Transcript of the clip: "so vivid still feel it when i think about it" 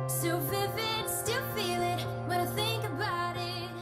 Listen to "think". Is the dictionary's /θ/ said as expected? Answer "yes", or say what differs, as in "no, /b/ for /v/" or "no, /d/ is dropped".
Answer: yes